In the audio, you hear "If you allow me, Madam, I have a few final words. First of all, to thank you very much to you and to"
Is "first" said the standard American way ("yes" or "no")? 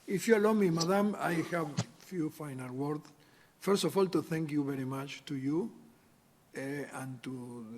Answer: yes